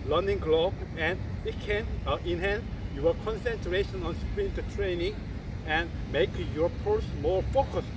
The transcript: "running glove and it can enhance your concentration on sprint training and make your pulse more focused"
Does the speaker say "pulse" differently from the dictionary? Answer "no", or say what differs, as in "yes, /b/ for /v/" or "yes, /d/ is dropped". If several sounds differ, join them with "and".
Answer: yes, /l/ is dropped